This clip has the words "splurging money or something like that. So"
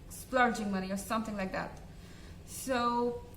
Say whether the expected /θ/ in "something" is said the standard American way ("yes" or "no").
yes